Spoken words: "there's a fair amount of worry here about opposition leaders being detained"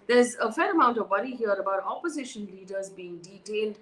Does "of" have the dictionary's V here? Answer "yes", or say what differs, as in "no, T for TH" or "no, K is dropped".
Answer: yes